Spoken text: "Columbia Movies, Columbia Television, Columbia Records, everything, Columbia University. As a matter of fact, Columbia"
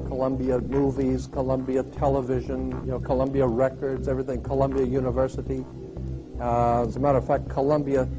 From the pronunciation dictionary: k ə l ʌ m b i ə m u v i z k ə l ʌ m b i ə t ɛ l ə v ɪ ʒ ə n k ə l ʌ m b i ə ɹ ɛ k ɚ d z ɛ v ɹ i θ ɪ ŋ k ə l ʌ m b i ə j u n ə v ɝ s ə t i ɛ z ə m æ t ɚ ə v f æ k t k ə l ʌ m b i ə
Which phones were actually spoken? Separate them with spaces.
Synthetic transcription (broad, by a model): k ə l ʌ m b i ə m u v i z k ə l ʌ m b i ə t ɛ l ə v ɪ ʒ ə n k ə l ʌ m b i ə ɹ ɛ k ɚ d z ɛ v ɹ i θ ɪ ŋ k ə l ʌ m b i ə j u n ə v ɝ s ə t i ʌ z ə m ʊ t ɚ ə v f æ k k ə l ʌ m b i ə